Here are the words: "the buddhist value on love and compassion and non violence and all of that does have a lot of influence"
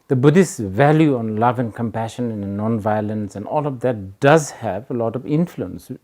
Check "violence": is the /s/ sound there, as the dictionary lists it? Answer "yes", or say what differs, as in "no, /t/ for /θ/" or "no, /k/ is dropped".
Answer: yes